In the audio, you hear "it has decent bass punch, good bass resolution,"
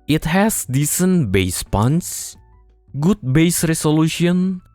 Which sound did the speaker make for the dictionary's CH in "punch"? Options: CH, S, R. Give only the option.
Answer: S